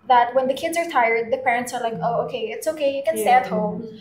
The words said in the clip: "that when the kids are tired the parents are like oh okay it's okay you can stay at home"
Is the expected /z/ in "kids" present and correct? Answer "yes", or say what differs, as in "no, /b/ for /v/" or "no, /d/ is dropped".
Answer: yes